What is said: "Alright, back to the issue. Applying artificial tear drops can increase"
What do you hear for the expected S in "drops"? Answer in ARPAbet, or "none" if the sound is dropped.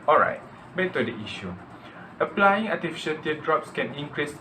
S